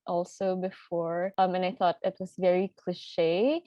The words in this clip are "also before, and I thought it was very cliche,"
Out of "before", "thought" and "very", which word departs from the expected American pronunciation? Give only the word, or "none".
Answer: none